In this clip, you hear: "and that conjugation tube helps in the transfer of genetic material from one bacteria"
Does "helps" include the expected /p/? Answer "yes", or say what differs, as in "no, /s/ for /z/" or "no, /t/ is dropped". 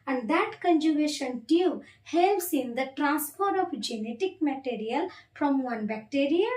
no, /p/ is dropped